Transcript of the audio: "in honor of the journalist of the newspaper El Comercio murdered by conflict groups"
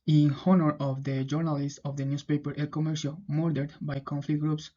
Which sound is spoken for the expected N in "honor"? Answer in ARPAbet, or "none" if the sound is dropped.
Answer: N